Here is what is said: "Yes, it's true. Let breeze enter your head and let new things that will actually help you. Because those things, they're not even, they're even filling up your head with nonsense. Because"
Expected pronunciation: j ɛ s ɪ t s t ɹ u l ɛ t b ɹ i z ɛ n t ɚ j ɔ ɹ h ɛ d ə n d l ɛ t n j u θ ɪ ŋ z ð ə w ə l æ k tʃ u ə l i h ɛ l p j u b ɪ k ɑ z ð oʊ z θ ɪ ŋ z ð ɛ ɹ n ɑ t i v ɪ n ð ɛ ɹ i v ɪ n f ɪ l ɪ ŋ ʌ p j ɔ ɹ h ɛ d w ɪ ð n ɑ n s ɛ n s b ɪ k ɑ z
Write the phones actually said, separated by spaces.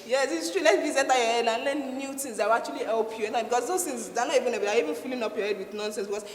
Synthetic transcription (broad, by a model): j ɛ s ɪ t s t ɹ u l ɛ t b i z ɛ t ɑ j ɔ h ɛ d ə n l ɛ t n j u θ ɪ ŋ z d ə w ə k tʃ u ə l i h ɛ l p j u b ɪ k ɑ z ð oʊ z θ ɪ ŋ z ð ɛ n ɑ t i v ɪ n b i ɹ i v ɪ n f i l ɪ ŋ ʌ p j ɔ h ɛ d w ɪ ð n ɑ n s ɛ n s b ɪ k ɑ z